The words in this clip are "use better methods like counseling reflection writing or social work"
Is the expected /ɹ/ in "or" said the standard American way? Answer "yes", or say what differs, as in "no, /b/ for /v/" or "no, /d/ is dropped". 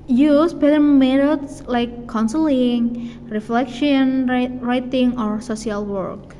yes